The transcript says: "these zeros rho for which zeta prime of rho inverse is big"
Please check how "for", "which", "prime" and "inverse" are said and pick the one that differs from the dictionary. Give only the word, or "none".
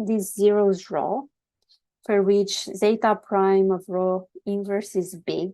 none